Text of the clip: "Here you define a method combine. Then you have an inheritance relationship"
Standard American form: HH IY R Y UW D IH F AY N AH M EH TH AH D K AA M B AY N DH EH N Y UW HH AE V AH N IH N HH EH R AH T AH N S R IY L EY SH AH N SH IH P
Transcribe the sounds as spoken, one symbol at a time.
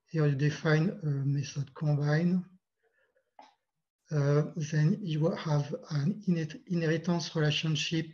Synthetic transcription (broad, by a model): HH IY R Y UW D IH F AY N AH M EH S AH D K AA B AY N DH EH N Y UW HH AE V AH N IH N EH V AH T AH S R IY L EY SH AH N SH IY P